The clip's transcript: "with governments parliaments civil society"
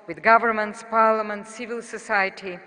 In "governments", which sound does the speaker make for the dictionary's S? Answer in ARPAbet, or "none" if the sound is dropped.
S